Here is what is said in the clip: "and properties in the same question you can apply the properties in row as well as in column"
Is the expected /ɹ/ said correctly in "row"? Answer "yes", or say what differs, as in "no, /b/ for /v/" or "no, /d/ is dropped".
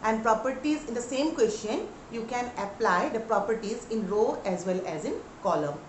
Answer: yes